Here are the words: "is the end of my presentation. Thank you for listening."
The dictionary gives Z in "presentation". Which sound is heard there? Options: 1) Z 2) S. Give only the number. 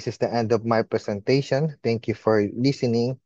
2